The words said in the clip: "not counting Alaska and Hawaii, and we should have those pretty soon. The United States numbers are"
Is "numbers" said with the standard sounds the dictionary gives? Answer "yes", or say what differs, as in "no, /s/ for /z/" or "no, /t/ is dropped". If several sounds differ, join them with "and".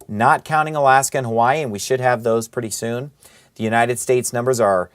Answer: yes